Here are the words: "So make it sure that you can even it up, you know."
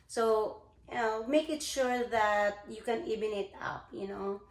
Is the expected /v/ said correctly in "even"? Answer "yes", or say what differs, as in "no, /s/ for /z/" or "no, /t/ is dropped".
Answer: no, /b/ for /v/